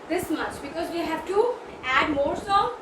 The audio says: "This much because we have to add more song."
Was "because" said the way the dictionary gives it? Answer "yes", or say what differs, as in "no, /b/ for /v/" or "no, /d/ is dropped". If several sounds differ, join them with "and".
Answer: yes